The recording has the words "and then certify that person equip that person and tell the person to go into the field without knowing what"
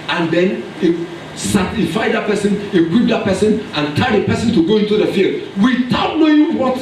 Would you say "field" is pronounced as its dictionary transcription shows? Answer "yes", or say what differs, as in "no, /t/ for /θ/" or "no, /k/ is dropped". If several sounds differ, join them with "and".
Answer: yes